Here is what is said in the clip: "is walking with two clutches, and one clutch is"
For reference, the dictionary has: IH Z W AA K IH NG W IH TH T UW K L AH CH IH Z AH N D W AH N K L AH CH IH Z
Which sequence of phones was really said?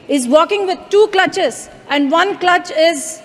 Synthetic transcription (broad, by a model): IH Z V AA K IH NG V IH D T UW K L AH CH IH Z AH N D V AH N K L AH CH IH Z